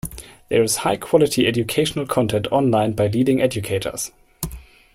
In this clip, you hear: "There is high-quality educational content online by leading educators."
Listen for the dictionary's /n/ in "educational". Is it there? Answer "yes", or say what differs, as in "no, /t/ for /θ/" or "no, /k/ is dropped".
yes